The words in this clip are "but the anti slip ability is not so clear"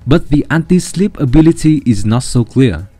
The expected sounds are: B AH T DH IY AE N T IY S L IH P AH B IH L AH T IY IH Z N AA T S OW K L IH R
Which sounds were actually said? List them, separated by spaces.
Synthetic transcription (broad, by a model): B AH T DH IY AE N T IY S L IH P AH B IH L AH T IY IH Z N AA T S OW K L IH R